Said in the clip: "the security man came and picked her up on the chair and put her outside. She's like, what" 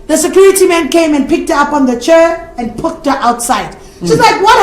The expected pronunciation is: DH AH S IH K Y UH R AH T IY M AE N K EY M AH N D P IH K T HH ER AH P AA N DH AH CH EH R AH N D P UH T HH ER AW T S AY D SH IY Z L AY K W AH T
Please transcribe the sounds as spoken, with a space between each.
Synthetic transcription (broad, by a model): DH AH S IH K Y UH R AH T IY M AE N K EY M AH N P IH K T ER AH P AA N DH AH CH EH R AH N P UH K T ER AW T S AY D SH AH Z L AY K W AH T